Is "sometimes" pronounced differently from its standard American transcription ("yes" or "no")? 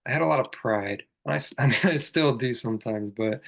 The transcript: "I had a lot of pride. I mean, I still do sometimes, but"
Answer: no